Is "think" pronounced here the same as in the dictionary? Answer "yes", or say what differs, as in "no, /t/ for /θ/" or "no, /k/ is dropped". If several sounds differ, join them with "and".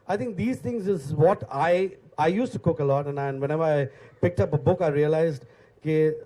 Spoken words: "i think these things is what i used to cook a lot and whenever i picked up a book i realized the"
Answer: no, /t/ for /θ/